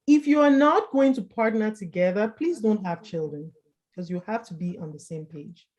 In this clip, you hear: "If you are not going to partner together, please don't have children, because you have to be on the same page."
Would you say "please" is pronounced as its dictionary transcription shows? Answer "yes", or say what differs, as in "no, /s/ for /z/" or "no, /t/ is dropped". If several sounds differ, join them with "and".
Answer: yes